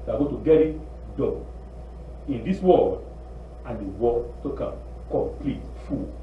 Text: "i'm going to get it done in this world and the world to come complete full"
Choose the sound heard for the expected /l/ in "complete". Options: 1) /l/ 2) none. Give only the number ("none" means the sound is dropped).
1